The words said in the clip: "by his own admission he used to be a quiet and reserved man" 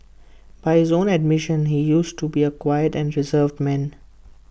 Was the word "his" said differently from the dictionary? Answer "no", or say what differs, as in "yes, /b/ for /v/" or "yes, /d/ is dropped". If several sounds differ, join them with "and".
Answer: no